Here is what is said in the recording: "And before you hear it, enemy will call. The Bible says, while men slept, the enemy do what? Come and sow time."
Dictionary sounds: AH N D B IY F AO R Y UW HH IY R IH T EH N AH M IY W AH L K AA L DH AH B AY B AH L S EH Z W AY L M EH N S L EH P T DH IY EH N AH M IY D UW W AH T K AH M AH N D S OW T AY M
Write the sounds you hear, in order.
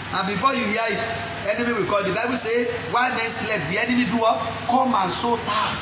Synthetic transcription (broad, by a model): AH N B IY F AO Y UW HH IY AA IH T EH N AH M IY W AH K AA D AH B AY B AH S EH W AY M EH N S L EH T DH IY EH N AH M IY D UW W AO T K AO M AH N S OW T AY